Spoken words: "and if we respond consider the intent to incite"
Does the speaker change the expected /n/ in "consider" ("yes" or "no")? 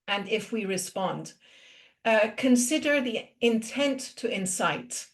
no